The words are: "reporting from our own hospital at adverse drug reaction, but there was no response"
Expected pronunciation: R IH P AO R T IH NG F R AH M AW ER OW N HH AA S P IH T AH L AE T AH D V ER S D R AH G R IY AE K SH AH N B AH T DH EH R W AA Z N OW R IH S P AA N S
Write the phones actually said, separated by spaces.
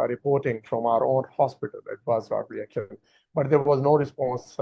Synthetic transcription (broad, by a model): R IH P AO R T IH NG F R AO M AW ER OW N HH AA S P IH T AH L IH T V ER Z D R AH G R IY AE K AH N B AH T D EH R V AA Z N OW R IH S P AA N S